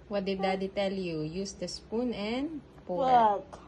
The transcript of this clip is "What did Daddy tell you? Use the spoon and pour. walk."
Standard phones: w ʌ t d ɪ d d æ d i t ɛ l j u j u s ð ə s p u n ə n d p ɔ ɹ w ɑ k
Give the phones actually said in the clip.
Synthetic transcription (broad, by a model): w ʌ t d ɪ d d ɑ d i t ɛ l j u j u s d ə s p u n ə n d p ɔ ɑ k